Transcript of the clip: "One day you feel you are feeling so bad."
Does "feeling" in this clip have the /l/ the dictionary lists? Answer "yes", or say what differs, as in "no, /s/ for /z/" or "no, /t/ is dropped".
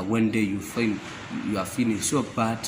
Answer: no, /n/ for /l/